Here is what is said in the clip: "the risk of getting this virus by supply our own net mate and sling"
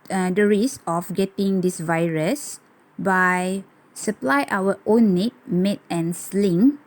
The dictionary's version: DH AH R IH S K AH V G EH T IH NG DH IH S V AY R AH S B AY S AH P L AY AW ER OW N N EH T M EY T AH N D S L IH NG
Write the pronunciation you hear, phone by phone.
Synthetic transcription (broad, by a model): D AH R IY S AH F G EH T IH NG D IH S V AY R AH S B AY S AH P L AY AW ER OW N N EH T M EY T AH N S L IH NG